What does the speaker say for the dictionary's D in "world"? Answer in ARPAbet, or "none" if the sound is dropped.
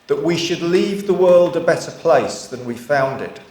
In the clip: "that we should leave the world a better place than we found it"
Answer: D